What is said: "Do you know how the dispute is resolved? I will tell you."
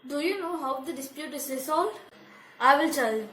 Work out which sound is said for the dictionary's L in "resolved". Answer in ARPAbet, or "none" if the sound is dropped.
none